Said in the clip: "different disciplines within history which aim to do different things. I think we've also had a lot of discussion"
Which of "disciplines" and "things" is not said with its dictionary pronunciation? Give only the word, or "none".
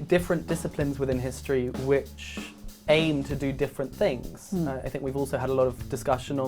none